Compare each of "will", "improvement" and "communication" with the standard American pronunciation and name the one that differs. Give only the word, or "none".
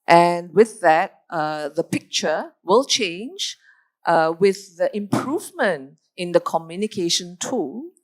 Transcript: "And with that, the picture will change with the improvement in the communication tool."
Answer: none